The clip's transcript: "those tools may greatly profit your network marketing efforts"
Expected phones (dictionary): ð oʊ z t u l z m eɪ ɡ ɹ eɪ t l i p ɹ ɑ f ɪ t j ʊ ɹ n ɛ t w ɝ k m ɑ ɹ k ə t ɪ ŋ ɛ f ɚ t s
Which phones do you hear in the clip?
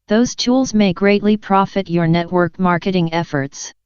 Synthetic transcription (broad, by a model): ð oʊ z t u l z m eɪ ɡ ɹ eɪ t l i p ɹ ɑ f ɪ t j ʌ ɹ n ɛ t w ɝ k m ɑ ɹ k ə t ɪ ŋ ɛ f ɚ t s